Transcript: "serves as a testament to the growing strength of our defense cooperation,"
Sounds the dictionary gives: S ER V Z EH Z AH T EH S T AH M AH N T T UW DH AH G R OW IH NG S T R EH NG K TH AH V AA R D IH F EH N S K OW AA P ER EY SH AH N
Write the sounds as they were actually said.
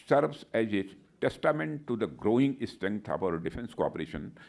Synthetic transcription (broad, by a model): S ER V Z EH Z AH T EH S T AH M AH N T T UW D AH G R OW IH NG S T EH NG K T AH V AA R D IH F EH N S K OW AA P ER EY SH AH N